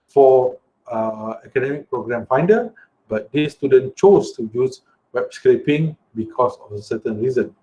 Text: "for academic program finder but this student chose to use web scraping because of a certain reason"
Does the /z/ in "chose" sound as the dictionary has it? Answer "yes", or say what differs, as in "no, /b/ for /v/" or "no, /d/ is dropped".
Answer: no, /s/ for /z/